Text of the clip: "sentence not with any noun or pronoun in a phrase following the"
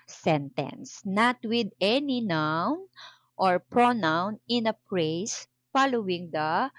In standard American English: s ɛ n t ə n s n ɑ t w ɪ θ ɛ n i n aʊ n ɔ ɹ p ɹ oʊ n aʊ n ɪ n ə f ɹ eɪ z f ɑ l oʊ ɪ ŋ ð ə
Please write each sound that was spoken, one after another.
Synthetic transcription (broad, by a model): s ɛ n t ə n s n ɑ t w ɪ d ɛ n i n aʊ n ɔ ɹ p ɹ oʊ n aʊ n ɪ n ə p ɹ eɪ s f ɑ l oʊ ɪ ŋ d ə